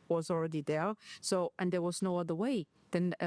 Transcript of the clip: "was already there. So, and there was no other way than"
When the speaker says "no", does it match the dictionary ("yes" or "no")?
yes